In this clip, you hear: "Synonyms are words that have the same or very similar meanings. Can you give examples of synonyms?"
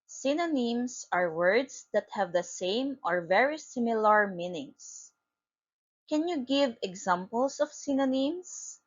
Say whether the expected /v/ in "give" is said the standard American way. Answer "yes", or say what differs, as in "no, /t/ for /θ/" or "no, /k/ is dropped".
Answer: yes